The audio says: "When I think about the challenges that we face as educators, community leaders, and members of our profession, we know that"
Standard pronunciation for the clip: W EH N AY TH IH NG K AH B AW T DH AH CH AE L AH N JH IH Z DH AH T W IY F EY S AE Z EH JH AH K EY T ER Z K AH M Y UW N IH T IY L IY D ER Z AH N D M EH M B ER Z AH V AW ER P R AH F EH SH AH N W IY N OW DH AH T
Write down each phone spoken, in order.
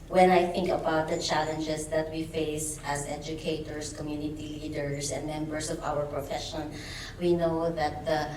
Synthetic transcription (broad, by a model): W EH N AY TH IH NG K AH B AW T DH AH CH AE L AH N JH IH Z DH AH T W IY F EY S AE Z EH JH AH K EY T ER S K AH M Y UW N IH T IY L IY D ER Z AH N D M EH M B ER S AH V AW ER P R AH F EH SH AH N W IY N OW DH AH T